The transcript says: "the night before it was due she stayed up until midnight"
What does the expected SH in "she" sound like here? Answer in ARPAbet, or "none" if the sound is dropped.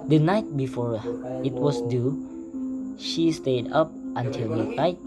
SH